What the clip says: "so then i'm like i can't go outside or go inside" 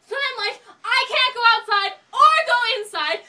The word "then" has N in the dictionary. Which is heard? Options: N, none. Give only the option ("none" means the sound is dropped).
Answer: none